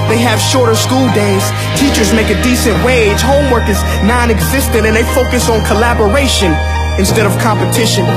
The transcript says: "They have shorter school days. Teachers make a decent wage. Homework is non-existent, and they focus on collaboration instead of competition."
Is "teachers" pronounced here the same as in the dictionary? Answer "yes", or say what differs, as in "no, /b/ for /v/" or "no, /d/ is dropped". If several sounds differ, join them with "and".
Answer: yes